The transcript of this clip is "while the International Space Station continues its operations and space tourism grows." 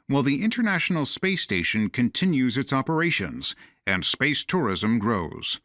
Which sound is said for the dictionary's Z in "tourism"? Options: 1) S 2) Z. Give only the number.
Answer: 2